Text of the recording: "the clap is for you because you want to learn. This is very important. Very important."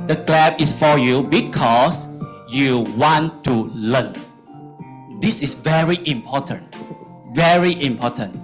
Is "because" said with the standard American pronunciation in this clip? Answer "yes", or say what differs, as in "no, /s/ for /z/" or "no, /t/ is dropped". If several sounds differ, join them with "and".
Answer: no, /s/ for /z/